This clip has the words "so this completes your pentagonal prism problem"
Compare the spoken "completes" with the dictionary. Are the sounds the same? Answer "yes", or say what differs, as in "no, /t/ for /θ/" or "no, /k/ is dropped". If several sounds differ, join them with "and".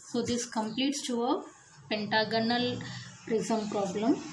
yes